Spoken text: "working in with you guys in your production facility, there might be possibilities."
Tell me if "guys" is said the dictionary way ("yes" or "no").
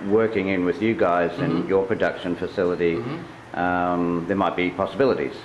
yes